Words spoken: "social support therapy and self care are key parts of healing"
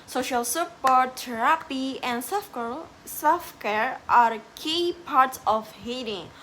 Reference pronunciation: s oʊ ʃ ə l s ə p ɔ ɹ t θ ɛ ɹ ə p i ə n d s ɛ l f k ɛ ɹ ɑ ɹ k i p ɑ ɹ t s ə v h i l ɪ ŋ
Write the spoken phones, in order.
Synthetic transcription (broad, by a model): s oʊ ʃ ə l s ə p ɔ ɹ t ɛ ɹ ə p i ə n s s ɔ f k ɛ ɹ ɑ ɹ k i p ɑ ɹ t s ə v h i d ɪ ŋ